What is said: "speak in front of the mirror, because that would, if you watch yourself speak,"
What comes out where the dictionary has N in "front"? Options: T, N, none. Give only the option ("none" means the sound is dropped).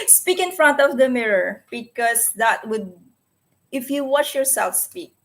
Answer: N